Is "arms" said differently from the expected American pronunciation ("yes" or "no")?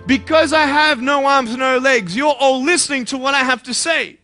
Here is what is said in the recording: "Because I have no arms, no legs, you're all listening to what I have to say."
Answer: no